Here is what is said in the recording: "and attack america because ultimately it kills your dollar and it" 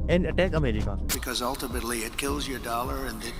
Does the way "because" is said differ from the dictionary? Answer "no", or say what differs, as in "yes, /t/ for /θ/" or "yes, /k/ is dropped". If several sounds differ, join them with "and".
no